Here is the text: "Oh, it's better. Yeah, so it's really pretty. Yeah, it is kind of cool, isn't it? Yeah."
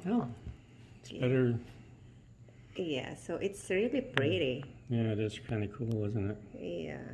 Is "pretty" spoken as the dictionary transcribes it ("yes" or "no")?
no